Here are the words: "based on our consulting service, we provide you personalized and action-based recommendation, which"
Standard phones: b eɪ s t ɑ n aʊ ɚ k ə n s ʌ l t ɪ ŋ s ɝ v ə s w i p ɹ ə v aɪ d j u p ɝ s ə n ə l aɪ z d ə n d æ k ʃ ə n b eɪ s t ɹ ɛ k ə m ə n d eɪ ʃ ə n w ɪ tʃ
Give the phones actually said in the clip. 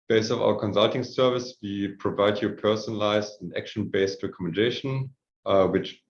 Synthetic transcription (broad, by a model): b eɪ s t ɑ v aʊ ɚ k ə n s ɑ l t ɪ ŋ s ɝ v ə s w i p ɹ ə v aɪ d j u p ɝ s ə n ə l aɪ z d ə n æ k ʃ ə n b eɪ s t ɹ ɛ k ə m ə n d eɪ ʃ ə n w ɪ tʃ